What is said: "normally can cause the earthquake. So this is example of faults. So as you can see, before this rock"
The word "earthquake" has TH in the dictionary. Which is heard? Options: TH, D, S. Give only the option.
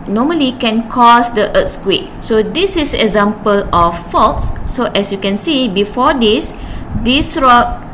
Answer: S